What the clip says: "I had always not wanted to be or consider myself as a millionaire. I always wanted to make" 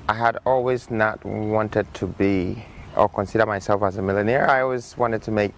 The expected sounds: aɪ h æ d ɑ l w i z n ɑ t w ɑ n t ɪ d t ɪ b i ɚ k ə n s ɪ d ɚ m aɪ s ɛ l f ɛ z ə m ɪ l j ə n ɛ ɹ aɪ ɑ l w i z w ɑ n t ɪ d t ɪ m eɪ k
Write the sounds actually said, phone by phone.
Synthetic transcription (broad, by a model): aɪ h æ d ɑ l w i z n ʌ t w ɑ n t ɪ d t ɪ b i ɚ k ə n s ɪ d ɚ m aɪ s ɛ l f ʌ z ə m ɪ l j ə n ɛ ɹ aɪ ɑ l w i z w ɑ n t ɪ d t ɪ m eɪ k